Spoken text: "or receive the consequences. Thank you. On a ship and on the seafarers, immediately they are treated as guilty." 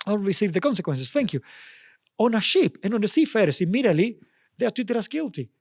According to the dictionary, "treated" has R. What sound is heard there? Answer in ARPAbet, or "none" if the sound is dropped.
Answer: none